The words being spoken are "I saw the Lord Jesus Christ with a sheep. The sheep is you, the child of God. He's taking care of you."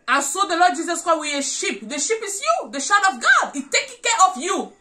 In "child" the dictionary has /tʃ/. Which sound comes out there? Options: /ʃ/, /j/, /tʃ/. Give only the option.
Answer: /ʃ/